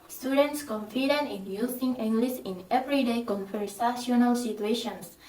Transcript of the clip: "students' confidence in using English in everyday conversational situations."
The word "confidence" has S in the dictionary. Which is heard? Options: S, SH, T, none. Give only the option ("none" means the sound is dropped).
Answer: none